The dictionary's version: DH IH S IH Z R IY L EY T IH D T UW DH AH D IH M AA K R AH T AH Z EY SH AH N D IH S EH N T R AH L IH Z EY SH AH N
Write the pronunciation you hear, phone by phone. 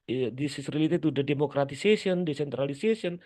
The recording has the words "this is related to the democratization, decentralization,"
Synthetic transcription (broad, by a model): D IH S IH S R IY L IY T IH T UW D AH D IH M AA K R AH T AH S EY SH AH N D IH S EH N T R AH L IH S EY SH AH N